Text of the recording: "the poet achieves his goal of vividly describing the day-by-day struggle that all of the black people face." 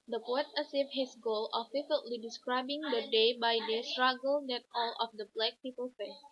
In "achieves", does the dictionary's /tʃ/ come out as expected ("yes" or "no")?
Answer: no